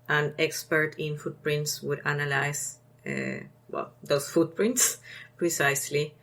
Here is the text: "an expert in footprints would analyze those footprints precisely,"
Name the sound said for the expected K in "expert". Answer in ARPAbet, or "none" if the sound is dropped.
K